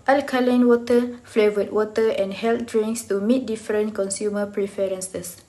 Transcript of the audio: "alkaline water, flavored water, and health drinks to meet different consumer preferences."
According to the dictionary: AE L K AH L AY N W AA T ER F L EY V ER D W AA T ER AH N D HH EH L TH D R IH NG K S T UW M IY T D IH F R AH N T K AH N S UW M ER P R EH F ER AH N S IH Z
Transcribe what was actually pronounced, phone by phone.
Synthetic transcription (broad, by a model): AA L K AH L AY N W AA T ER F L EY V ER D W AA T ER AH N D HH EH L T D R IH NG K S T UW M IY T D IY F R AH N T K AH N S UW M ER P R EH F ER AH N S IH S